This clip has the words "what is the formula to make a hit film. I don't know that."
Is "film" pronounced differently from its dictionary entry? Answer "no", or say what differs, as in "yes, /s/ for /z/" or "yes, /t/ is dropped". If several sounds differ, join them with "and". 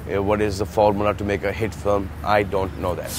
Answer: yes, /l/ is dropped